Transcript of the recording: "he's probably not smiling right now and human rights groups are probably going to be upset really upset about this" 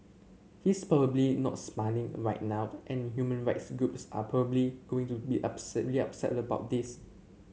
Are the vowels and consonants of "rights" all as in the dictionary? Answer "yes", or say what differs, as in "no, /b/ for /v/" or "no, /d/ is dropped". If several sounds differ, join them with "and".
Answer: yes